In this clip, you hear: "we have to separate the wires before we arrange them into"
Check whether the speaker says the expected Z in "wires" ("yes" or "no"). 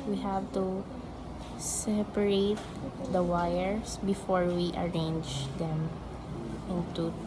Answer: no